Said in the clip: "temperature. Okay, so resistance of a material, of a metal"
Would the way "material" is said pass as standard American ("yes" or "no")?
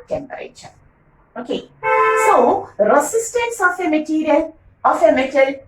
no